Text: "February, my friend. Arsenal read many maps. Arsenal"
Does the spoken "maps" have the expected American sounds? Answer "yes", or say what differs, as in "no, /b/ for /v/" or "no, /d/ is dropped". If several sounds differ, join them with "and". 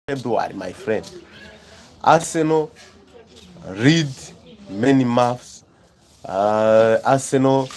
no, /f/ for /p/